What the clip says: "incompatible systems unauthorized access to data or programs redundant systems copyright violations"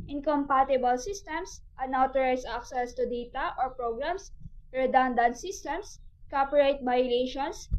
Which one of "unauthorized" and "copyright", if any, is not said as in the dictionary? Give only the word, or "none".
unauthorized